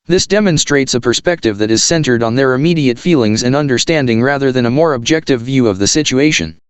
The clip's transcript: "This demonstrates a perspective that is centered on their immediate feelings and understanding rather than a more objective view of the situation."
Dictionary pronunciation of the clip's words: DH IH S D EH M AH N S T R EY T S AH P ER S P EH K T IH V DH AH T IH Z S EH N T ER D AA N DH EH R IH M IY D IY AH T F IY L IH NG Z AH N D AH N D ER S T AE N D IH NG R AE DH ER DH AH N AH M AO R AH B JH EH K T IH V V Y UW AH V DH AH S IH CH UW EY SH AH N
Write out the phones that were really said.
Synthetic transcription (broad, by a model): DH IH S D EH M AH N S T R EY T S AH P ER S P EH K T IH V DH AH T IH Z S EH N T ER D N DH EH R IH M IY D IY AH T F IY L IH NG Z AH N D AH N D ER S T AE N D IH NG R AE DH ER DH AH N AH M AO R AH B JH EH K T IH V V Y UW AH V DH AH S IH CH UW EY SH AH N